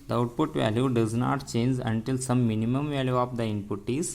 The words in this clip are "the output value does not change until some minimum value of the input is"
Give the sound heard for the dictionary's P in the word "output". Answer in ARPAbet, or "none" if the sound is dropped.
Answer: P